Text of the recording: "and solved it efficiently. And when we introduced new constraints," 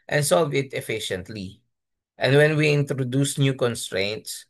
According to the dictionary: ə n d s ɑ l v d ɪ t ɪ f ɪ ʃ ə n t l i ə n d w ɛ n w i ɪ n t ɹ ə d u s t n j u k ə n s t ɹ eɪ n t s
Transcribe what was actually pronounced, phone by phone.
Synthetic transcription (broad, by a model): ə n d s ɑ l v ɪ t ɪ f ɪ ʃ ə n t l i ə n d w ɛ n w i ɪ n t ɹ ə d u s n j u k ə n s t ɹ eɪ n t s